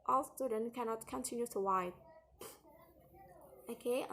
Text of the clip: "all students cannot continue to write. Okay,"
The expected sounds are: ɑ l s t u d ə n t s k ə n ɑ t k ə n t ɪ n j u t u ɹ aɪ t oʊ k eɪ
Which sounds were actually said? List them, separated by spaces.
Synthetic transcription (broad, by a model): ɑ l s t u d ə n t k ə n ɑ t k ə n t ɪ n j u t u w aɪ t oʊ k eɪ